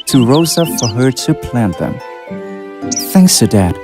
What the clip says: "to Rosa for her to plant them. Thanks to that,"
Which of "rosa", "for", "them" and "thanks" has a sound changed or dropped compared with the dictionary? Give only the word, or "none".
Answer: none